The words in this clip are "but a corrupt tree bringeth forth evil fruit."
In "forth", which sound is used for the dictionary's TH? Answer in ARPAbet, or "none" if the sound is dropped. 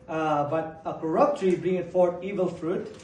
T